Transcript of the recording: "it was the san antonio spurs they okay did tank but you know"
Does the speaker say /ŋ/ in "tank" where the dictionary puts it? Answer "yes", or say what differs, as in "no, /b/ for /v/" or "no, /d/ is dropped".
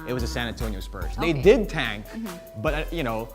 yes